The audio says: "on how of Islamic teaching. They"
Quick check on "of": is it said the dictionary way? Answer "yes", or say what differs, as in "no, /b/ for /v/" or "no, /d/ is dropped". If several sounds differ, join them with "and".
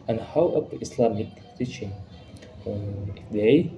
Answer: no, /p/ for /v/